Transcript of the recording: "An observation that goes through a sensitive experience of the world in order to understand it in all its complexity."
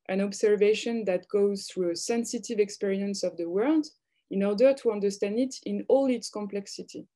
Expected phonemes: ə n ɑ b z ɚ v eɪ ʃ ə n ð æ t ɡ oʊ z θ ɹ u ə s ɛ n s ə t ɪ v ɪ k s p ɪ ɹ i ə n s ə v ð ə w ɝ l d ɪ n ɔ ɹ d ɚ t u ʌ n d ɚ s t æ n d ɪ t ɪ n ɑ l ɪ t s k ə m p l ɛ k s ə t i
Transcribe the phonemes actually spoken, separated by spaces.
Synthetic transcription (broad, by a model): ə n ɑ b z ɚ v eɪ ʃ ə n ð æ t ɡ oʊ z θ ɹ u ə s ɛ n s ə t ɪ v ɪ k s p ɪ ɹ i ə n s ə v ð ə w ɝ l d ɪ n ɔ ɹ d ɚ t u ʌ n d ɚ s t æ n d ɪ t ɪ n ɑ l ɪ t s k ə m p l ɛ k s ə t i